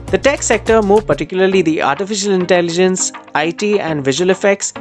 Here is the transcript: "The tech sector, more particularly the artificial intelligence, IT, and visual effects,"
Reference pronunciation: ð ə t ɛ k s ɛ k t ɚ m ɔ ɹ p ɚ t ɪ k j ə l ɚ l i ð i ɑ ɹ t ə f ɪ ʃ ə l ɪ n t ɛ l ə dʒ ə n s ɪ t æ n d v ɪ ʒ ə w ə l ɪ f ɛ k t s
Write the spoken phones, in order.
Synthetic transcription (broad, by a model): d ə t ɛ k s ɛ k t ɚ m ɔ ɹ p ɚ t ɪ k j ə l ɚ l i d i ɑ ɹ t ə f ɪ ʃ ə l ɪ n t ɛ l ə dʒ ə n s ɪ t æ n d v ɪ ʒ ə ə l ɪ f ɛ k t s